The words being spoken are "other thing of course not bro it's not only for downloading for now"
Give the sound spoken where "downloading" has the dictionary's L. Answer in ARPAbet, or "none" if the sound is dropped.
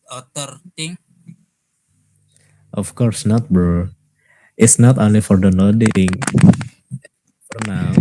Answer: none